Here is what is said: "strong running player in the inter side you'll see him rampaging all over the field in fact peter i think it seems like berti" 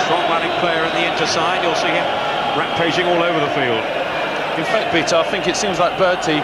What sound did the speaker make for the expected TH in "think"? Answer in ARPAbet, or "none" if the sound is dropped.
TH